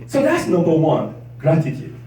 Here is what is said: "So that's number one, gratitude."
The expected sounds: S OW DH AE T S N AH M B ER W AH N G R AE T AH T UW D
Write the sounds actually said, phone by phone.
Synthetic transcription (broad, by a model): S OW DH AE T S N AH B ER W AH N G R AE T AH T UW